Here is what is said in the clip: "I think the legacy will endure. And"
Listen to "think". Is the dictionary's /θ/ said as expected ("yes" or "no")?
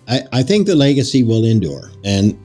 yes